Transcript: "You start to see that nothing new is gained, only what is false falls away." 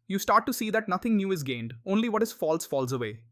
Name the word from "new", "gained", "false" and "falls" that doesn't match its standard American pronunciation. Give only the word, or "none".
none